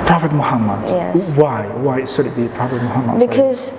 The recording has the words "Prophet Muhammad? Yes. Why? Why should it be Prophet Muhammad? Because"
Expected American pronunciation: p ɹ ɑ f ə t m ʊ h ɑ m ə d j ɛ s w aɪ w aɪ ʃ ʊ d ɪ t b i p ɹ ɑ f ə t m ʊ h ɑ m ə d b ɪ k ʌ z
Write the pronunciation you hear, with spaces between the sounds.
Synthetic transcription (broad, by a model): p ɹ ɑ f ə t m ʊ h ɑ m ə d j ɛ w aɪ w aɪ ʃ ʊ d ɪ t b i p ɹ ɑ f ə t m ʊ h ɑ m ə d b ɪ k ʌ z